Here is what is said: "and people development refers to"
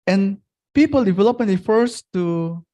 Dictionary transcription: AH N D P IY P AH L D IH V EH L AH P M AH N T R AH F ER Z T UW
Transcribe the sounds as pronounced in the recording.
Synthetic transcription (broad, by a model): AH N P IY P AH L D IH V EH L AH P AH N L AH F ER S T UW